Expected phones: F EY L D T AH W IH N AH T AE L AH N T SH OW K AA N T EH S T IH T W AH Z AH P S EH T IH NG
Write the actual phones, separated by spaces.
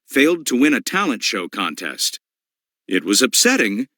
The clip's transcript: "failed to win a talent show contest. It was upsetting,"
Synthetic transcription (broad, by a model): F EY L D T AH W IH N AH T AE L AH N T SH OW K AA N T EH S T IH T W AH Z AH P S EH T IH NG